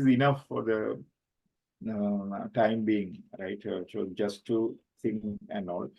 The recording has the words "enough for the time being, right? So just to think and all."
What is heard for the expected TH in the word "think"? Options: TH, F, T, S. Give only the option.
T